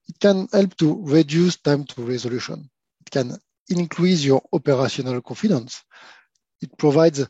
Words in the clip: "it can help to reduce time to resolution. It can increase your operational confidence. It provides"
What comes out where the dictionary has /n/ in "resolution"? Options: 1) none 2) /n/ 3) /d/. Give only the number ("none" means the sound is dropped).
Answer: 2